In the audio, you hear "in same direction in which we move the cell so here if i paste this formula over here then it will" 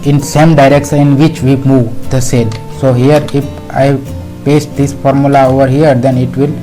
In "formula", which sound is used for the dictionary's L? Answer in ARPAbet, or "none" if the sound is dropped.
L